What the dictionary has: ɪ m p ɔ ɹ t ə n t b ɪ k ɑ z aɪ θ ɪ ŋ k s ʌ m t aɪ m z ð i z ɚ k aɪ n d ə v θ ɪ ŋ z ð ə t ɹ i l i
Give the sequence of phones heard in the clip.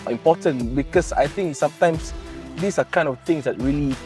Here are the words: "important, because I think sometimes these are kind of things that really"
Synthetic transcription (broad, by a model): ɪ m p ɔ t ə n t b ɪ k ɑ s aɪ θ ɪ ŋ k s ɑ m t aɪ m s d i s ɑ k aɪ n d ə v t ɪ ŋ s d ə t ɹ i l i